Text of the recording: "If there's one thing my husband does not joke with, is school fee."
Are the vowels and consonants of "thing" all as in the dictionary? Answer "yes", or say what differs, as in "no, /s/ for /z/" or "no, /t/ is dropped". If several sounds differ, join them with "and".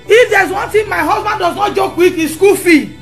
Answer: no, /t/ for /θ/